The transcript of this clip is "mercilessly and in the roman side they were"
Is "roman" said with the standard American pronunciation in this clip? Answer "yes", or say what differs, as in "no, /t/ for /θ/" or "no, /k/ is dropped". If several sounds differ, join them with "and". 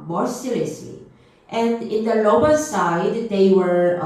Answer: no, /l/ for /ɹ/ and /l/ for /n/